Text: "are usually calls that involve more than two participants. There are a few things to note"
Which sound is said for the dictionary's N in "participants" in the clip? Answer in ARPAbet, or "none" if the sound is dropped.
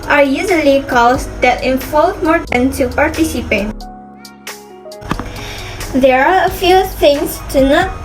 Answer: none